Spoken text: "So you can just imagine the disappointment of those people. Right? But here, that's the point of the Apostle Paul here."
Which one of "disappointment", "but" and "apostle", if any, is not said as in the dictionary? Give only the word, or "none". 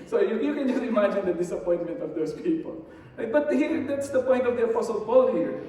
apostle